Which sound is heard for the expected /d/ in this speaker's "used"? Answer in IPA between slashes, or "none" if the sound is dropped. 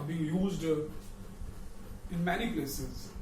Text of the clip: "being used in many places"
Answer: /d/